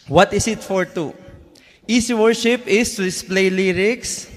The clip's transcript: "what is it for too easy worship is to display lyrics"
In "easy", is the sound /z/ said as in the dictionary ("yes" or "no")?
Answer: no